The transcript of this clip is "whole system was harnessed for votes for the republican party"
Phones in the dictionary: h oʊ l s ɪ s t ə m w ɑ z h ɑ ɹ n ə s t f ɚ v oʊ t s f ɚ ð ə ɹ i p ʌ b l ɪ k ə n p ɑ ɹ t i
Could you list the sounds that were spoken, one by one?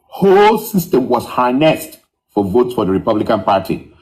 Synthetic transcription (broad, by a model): h oʊ l s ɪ s t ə m w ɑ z h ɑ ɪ n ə s t f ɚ v oʊ t s f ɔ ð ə ɹ i p ʌ b l ɪ k ə n p ɑ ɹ t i